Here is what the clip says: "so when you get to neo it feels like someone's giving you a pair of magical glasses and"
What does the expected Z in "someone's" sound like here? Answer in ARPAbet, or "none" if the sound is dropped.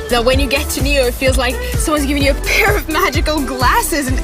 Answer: Z